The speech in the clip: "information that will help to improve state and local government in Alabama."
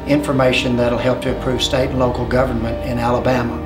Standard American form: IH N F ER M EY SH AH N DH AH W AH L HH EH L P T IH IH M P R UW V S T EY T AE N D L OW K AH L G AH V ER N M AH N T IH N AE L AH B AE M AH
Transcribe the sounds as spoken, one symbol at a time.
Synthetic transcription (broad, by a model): IH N F ER M EY SH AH N DH AH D L HH EH L P T IH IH P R UW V S T EY T N L OW K L G AH V ER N M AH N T IH N AE L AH B AE M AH